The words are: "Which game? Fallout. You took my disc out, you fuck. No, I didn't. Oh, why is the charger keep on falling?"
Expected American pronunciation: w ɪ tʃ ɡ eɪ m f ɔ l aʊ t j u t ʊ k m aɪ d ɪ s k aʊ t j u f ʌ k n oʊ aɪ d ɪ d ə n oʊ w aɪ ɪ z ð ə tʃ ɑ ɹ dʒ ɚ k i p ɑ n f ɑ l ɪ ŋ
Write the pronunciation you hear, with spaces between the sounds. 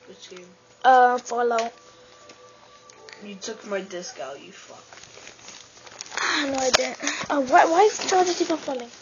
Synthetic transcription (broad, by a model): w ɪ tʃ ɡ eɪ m f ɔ l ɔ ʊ j u t ʊ k m aɪ d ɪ s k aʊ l j u f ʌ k n oʊ aɪ d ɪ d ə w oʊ w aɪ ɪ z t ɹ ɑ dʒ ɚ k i f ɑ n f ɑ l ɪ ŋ